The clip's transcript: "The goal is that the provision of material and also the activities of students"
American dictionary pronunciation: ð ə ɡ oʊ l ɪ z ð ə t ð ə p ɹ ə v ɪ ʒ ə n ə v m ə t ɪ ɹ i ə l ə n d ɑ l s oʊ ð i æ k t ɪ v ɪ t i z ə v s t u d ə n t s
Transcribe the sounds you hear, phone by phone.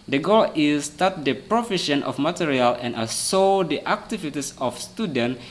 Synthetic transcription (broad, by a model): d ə ɡ oʊ l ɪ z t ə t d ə p ɹ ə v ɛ ʃ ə n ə f m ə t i ɹ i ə l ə n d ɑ s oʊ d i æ k t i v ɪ t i s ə f s t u d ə n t